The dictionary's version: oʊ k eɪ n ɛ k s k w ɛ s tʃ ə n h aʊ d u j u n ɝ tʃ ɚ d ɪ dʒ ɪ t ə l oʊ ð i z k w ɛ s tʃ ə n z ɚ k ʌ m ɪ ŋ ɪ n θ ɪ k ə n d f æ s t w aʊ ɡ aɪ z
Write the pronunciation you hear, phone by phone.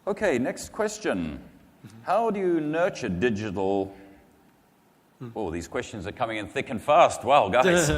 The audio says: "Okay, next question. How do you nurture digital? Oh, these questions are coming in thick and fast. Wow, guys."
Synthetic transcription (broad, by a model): oʊ k eɪ n ɛ k s k w ɛ s tʃ ə n h aʊ d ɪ j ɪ n ɝ tʃ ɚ d ɪ dʒ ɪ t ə l ð i z k w ɛ s tʃ ə n z ɚ k ʌ m ɪ ŋ ɪ n θ ɪ k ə n f æ s t w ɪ ɡ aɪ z